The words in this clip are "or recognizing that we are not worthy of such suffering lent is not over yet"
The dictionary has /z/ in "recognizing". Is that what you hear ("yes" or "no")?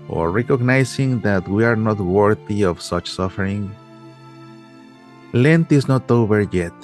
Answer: no